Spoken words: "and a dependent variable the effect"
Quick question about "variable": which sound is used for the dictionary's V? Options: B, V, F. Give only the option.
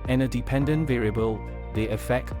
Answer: V